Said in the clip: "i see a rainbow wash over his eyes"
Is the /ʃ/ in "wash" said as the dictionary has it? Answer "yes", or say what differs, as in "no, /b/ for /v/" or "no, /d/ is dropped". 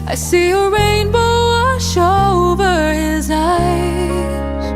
no, /ʃ/ is dropped